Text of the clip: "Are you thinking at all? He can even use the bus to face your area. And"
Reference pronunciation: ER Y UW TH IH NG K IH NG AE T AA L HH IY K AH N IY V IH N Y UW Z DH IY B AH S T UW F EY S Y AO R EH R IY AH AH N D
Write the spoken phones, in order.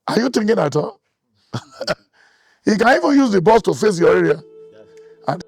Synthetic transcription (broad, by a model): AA Y UW T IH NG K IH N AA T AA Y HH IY K AH N IY V IH N Y UW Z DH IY B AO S T UW F EY S Y AO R EH R IY AH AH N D